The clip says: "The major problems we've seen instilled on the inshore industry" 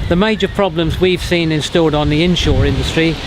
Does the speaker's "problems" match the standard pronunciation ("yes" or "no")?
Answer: yes